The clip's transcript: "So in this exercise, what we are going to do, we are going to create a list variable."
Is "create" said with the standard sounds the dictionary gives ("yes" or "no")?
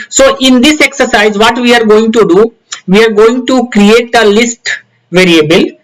yes